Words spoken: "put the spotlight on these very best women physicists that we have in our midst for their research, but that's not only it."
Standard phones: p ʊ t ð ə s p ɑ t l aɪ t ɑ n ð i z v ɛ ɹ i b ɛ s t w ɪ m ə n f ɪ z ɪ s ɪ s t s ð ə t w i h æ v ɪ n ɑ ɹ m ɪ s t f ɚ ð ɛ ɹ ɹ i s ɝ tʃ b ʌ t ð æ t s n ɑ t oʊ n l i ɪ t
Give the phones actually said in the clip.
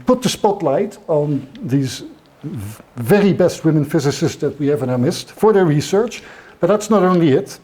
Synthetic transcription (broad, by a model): p ʊ t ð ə s p ɑ t l aɪ t n ð i z v ɛ ɹ i b ɛ s t w ɪ m ə n f ɪ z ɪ s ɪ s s ð ə t w i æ v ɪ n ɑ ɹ m ɪ s t f ɚ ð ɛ ɹ ɹ i s ɝ tʃ b ʌ t ð æ t s n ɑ t oʊ n l i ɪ t